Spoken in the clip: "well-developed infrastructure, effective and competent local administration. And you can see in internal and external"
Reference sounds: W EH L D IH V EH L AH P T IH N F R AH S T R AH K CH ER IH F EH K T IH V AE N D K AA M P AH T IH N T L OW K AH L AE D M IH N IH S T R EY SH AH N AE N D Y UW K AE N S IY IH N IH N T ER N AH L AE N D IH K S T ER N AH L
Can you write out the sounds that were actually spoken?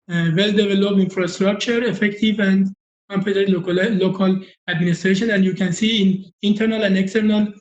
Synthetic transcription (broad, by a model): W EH L D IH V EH L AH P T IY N F R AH S T R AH K CH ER IH F EH K T IH V AE N D K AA M P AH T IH T L OW K AH L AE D M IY N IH S T R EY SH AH N AE N D Y UW K AE N S IY IH N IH N T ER N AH L AE N D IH K S T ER N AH L